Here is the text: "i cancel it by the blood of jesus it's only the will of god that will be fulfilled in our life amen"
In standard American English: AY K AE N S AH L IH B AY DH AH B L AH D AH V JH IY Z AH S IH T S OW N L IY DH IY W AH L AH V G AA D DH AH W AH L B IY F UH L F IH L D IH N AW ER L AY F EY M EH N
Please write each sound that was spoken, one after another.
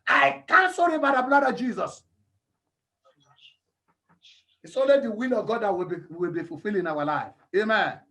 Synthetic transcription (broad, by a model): AY K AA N S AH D IH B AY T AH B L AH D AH JH IY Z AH S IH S OW N L IY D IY W AH L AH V G AA D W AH W AH L B IY F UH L F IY L IH N AW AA L AY F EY M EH N